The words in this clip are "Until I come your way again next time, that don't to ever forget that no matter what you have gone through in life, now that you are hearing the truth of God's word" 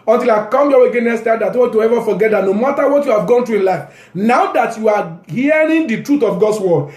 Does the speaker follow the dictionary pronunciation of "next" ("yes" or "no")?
no